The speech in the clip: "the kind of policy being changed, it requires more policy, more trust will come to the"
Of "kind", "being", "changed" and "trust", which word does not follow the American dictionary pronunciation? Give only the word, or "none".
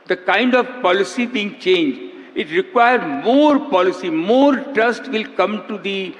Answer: changed